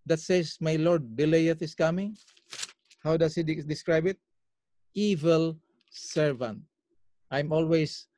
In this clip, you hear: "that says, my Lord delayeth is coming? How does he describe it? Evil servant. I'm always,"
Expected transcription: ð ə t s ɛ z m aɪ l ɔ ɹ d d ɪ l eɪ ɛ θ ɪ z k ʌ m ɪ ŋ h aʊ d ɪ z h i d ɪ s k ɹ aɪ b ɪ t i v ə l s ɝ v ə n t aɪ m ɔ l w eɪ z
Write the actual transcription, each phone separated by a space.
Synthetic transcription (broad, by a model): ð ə t s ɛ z m aɪ l ɔ ɹ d d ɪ l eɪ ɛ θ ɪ s k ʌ m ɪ ŋ h aʊ d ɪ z h i d ɪ s k ɹ aɪ b ɪ t i v ə l s ɝ v ə n t aɪ m ɔ l w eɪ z